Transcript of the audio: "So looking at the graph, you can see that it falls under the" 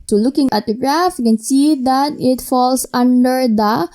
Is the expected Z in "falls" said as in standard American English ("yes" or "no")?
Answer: no